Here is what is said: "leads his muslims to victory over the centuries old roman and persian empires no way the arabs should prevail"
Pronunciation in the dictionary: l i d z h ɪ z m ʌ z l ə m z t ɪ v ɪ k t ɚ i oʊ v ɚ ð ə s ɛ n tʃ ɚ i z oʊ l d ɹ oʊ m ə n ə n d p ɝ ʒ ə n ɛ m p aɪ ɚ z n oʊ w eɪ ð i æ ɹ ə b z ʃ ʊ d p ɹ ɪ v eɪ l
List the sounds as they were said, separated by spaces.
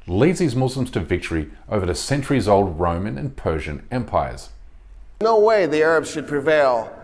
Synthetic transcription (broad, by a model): l i d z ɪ z m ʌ z l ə m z t ɪ v ɪ k t ɚ i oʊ v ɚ ð ə s ɛ n tʃ ɚ i z oʊ l d ɹ oʊ m ə n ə n p ɝ ʒ ə n ɛ m p aɪ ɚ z n oʊ w eɪ ð i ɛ ɹ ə b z ʃ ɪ d p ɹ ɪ v eɪ l